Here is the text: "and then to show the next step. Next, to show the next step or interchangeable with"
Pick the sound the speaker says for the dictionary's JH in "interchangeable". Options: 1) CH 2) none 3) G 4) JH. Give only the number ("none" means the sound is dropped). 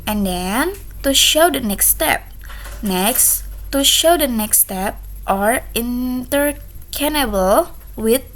2